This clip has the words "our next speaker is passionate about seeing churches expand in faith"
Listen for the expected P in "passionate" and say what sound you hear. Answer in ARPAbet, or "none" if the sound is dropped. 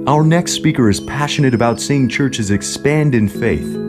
P